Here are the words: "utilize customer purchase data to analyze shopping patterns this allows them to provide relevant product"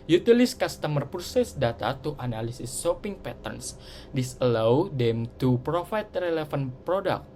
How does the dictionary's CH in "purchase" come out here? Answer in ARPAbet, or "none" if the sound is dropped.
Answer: S